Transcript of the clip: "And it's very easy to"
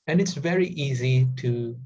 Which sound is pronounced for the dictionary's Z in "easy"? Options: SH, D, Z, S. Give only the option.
Z